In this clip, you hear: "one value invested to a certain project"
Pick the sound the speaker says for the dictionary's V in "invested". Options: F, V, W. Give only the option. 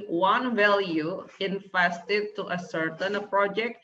F